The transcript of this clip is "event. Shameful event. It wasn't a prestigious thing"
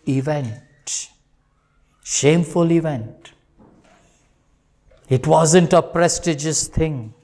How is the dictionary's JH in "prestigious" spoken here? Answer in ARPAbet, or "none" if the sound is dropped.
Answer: JH